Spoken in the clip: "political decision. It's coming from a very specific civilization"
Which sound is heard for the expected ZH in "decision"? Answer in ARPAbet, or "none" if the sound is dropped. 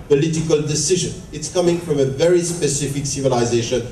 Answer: ZH